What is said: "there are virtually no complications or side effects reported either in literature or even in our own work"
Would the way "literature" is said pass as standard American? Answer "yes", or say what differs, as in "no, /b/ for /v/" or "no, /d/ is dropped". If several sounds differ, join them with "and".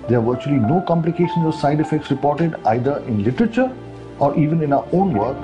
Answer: yes